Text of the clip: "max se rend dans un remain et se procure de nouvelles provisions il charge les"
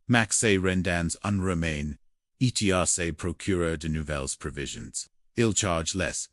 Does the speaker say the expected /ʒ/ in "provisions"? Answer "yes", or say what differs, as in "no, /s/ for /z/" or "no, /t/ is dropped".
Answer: yes